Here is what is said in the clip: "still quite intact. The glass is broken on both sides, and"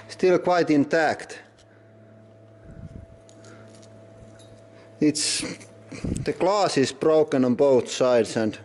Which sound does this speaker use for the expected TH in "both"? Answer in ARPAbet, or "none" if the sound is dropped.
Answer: TH